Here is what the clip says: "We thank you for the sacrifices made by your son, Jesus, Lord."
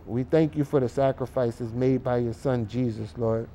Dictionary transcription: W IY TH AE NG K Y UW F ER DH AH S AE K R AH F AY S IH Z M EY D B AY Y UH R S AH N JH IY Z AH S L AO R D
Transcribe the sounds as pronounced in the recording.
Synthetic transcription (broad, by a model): W IY TH AE NG K Y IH F ER DH AH S AE K R AH F AY S IH Z M EY D B AY Y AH R S AH N JH IY Z AH S L AO R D